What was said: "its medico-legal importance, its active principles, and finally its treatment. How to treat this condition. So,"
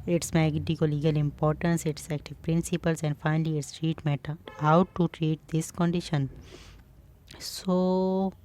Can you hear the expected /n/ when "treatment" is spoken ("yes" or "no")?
no